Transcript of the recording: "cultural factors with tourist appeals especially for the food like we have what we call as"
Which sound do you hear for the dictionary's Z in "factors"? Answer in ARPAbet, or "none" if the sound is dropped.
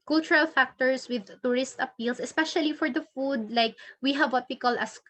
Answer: S